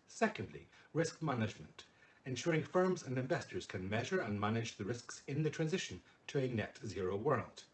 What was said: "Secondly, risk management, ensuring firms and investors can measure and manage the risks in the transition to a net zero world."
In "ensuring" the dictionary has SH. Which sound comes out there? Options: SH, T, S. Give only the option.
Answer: SH